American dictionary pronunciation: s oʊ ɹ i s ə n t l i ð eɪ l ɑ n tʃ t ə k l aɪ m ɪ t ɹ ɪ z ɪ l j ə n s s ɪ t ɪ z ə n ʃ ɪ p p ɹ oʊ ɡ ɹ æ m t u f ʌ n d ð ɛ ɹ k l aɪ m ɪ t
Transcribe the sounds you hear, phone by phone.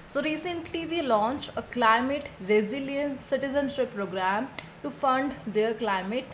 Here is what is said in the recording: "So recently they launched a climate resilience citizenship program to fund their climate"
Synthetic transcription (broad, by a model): s oʊ ɹ i s ə n t l i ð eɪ l ɑ n tʃ t ə k l aɪ m ɪ t ɹ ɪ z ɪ l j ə n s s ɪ t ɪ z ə n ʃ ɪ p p ɹ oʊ ɡ ɹ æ m t u f ʌ n d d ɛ ɹ k l aɪ m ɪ t